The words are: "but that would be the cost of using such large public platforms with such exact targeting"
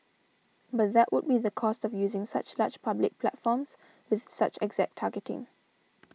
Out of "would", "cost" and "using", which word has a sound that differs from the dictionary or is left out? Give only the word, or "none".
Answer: none